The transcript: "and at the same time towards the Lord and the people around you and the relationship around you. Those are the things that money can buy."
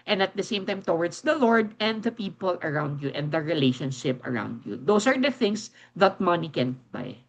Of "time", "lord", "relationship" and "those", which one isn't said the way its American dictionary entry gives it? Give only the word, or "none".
those